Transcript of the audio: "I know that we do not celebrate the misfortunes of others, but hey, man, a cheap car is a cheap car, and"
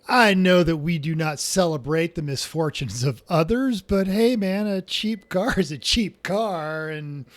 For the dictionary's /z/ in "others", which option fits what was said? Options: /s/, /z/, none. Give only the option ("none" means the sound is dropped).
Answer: /z/